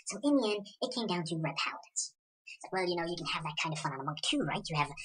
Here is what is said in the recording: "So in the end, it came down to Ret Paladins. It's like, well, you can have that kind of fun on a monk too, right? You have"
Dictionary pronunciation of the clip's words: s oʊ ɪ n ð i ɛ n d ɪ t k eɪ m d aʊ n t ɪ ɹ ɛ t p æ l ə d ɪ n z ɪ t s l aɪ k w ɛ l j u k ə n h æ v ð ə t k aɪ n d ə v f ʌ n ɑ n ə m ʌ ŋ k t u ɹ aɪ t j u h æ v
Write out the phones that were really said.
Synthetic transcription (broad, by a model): s oʊ ɪ n ð i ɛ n ɪ t k eɪ m d aʊ n t ɪ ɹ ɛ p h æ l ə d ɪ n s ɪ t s l aɪ k w ɛ l j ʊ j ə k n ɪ v ð ə t k aɪ n d ə v f ʌ n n ə m ʌ ŋ k t u ɹ aɪ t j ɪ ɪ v